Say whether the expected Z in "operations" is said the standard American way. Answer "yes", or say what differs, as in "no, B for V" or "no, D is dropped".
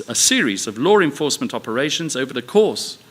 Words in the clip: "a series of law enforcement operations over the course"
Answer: yes